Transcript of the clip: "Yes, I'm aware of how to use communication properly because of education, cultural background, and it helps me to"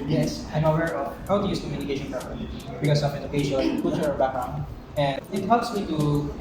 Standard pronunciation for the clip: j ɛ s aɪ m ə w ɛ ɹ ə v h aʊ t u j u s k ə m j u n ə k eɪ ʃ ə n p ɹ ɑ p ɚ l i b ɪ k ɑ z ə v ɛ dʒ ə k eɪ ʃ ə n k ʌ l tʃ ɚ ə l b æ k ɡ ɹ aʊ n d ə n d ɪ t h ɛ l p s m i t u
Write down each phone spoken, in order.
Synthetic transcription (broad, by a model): j ɛ s aɪ m ə w ɛ ɹ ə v h aʊ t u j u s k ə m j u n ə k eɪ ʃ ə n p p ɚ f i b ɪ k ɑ s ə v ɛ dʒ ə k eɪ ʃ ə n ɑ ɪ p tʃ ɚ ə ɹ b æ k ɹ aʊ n ə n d ɪ t h ɛ l p s m i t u